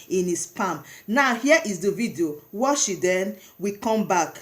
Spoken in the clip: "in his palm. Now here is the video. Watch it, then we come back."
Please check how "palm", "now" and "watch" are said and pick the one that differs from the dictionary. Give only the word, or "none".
watch